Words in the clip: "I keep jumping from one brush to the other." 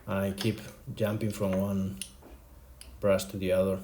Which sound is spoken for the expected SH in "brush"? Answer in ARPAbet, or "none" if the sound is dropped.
S